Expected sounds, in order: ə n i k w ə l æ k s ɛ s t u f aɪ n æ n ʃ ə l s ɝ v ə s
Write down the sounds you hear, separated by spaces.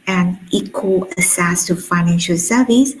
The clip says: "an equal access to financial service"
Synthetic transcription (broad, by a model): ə n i k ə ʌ s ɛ s t u f aɪ n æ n ʃ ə l s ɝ v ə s